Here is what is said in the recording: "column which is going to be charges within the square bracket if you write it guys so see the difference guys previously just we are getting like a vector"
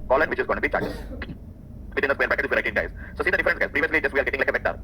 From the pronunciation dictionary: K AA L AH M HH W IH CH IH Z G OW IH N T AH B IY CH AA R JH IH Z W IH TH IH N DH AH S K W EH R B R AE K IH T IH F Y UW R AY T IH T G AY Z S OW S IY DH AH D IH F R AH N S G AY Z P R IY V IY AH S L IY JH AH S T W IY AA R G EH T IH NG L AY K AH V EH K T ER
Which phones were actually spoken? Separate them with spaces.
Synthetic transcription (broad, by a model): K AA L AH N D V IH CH IH Z G OW IH N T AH B IY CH AA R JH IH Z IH T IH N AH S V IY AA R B AE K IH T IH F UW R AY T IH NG G AY Z S OW S IY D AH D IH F R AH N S G AY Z P R IY V IY AH S L IY JH AH S T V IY AA R G EH T IH NG L AY K AH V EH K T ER